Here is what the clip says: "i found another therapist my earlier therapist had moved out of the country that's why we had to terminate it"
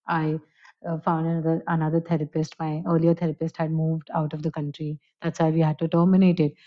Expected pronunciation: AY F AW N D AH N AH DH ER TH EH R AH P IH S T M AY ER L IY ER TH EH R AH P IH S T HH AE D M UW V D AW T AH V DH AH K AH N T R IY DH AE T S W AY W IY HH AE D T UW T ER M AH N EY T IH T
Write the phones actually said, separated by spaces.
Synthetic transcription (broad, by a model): AY F AW N D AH N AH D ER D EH R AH P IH S T M AY ER L IY ER T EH R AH P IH S T HH AE D M UW V D AW T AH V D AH K AH N T R IY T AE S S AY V IY HH AE D T UW T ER M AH N EY T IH T